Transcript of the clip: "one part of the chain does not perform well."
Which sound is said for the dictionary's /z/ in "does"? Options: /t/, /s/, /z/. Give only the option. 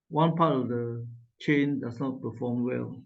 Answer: /s/